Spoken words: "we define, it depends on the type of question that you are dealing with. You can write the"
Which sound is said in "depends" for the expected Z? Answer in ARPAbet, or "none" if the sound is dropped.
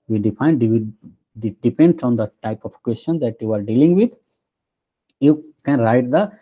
S